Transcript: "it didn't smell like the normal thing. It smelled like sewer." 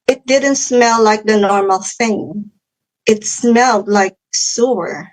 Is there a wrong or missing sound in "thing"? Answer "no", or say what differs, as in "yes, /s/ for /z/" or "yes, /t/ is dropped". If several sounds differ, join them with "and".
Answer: no